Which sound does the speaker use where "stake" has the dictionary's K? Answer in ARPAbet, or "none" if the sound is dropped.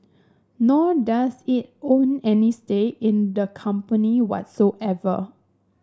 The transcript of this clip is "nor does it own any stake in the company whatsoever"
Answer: none